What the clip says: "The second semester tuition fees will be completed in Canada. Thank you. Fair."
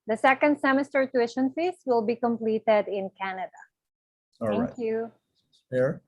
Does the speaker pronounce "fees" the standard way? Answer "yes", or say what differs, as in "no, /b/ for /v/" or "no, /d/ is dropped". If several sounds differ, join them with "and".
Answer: no, /s/ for /z/